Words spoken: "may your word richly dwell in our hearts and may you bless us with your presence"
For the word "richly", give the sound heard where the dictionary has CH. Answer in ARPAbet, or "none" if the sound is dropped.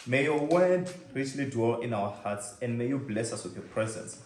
S